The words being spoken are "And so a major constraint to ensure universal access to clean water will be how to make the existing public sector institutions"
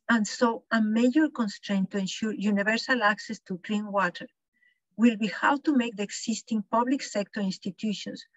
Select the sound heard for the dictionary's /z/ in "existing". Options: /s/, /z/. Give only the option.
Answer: /s/